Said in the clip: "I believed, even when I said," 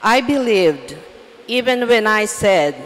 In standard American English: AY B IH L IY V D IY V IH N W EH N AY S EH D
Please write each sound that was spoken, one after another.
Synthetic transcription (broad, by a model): AY B IH L IY V D IY V IH N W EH N AY S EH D